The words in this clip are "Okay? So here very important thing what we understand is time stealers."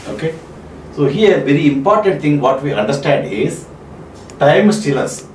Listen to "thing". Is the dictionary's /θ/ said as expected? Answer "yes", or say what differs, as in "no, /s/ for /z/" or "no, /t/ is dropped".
no, /t/ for /θ/